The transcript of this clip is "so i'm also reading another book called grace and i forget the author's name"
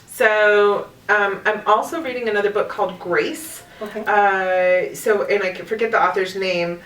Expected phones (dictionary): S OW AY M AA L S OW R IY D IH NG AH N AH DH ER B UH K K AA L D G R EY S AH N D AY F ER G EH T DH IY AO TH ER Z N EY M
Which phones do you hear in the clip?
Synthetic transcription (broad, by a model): S OW AY M AA L S OW R IY D IH NG AH N AH DH ER B UH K K AA L D G R EY S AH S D AY F ER G EH T DH IY AO TH ER Z N EY M